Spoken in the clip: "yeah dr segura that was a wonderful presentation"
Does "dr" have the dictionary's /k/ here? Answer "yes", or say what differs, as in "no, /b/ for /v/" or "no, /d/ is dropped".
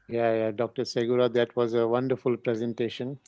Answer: yes